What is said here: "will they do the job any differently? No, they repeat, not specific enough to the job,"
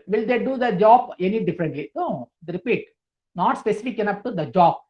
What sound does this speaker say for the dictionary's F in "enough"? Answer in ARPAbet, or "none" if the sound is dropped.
P